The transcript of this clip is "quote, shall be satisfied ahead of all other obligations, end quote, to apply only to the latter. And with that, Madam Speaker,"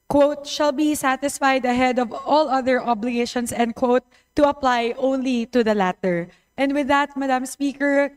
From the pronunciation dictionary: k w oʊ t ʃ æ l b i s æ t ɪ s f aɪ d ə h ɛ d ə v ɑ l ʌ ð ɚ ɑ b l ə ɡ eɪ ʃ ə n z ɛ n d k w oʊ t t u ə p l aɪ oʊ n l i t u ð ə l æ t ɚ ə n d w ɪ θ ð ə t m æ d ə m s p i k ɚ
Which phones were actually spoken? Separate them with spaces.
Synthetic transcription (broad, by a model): k w oʊ t ʃ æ l b i s æ t ɪ s f aɪ d ə h ɛ d ə v ɑ l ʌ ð ɚ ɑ b l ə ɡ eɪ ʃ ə n s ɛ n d k w oʊ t t u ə p l aɪ oʊ n l i t u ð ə l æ t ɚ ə n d w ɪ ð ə t m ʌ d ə m s p i k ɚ